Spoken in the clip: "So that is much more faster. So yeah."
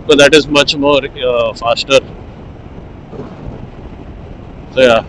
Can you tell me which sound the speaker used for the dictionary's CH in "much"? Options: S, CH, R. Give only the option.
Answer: CH